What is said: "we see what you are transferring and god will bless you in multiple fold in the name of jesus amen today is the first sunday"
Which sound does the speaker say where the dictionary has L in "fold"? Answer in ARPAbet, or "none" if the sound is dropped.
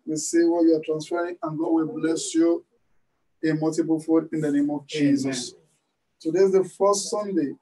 none